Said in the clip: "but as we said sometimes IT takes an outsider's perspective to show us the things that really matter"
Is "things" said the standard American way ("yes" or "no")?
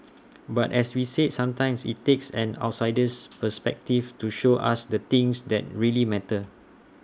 no